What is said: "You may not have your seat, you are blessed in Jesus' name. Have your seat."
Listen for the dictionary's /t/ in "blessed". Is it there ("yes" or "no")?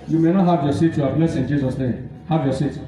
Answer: no